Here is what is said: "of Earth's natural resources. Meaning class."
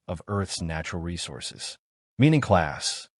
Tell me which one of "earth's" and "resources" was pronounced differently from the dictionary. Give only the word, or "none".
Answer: none